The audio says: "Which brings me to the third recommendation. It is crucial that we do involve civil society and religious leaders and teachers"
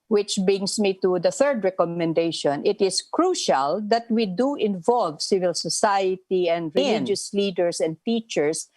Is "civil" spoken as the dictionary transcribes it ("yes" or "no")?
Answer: yes